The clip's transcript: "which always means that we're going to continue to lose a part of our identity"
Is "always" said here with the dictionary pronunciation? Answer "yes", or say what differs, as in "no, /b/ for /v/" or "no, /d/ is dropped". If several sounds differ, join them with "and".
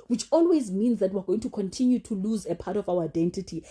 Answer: yes